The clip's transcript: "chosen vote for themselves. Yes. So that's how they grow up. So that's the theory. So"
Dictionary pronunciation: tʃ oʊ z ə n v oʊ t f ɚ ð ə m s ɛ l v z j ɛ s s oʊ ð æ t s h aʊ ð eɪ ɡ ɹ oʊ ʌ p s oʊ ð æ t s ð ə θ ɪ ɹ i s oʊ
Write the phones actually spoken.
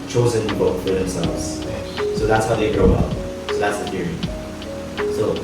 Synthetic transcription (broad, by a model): tʃ oʊ z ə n b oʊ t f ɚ ð ə m s ɛ l v z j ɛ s s oʊ ð æ t s h aʊ ð eɪ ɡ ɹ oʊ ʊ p s oʊ ð æ t s ð ə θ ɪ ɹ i s oʊ